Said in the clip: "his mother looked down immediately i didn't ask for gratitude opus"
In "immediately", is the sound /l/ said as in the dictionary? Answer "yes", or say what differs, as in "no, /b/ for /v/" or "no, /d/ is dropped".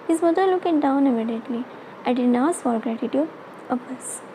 yes